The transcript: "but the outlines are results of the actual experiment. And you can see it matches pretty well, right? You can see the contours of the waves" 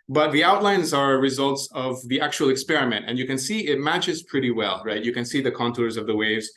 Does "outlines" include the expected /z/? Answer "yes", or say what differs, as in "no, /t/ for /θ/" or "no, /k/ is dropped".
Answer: yes